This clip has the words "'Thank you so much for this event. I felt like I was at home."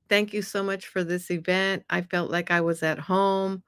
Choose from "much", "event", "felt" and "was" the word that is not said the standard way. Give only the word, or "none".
none